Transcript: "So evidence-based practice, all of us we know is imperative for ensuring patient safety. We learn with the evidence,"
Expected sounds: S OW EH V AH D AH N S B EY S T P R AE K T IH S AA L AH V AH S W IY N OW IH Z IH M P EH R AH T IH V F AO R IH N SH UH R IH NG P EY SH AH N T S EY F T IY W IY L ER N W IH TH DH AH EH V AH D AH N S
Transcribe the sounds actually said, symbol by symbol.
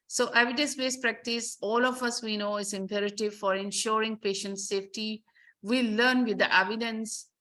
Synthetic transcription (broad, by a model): S OW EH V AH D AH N S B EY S P R AE K T IH S AA L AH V AH S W IY N OW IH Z IH M P EH R AH T IH V F AO R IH N SH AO R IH NG P EY SH AH N T S EY F T IY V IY L ER N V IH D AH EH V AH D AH N S